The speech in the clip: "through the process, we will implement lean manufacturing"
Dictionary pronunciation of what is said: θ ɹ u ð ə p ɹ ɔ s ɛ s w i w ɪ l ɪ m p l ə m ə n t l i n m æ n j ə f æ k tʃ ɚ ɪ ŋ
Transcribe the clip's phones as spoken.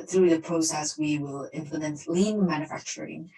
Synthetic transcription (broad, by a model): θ ɹ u ð ə p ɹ ɔ s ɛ s w i w ɪ l ɪ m f l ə ə n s l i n m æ n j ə f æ k tʃ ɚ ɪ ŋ